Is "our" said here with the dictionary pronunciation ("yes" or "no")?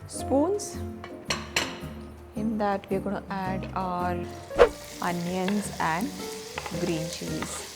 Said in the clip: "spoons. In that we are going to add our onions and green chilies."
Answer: no